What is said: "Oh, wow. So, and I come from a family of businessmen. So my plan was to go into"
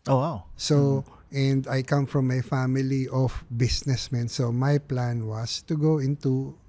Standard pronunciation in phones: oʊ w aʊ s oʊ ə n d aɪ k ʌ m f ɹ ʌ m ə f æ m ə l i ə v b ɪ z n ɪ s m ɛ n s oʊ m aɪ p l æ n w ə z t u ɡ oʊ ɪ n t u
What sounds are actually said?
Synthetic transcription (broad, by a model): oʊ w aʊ s oʊ ə n d aɪ k ʌ m f ɹ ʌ m ə f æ m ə l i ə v b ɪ s n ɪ s m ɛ n s oʊ m aɪ p l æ n w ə s t u ɡ oʊ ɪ n t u